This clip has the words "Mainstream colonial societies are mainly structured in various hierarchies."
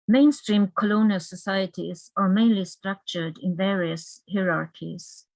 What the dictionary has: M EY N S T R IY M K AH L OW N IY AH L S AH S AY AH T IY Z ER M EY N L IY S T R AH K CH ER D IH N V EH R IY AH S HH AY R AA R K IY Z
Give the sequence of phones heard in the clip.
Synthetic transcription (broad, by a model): M EY N S T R IY M K AH L OW N IY AH L S AH S AY AH T IY Z ER M EY N L IY S T R AH K CH ER D IH N V EH R IY AH S HH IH R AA R K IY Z